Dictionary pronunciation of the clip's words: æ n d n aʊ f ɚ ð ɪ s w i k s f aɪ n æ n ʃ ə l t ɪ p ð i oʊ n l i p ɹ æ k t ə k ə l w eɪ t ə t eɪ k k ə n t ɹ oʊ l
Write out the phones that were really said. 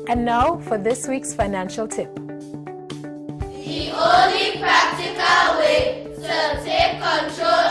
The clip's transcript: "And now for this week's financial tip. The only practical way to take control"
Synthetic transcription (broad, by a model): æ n n aʊ f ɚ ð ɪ s w i k s f aɪ n æ n ʃ ə l t ɪ p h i oʊ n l i p ɹ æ k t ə k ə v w eɪ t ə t eɪ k k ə n t ɹ oʊ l